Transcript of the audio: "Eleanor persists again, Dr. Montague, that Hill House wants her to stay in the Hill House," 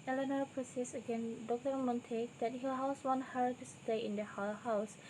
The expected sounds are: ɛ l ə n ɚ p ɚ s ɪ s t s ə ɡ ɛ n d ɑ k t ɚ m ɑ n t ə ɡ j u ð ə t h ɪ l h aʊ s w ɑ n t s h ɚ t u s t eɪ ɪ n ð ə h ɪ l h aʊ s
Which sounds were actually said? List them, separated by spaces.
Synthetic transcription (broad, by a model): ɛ l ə n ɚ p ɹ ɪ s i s ə ɡ ɛ n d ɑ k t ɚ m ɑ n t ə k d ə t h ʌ h aʊ s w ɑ n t h ɚ t u s t eɪ ɪ n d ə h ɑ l h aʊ s